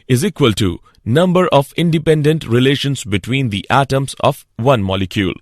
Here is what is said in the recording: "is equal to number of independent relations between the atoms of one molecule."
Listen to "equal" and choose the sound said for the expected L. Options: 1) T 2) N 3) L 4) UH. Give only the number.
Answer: 3